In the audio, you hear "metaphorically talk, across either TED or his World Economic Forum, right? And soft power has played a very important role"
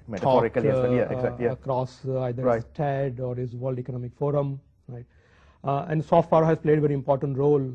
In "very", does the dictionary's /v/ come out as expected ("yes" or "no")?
yes